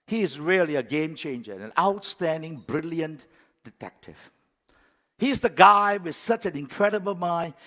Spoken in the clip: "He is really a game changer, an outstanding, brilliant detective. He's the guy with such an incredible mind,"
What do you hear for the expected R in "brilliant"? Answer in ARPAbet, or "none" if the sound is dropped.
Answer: R